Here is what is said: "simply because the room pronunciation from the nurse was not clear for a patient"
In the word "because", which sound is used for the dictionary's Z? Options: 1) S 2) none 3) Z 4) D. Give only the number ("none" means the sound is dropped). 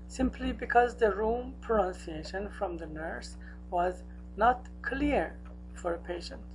3